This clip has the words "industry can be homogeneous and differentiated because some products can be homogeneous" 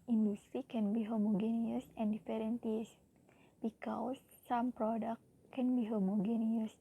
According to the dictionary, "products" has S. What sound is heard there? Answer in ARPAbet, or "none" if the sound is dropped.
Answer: none